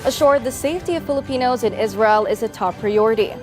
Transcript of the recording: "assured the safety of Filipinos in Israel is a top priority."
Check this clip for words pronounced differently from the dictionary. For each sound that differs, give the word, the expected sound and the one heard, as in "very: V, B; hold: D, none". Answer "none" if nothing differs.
none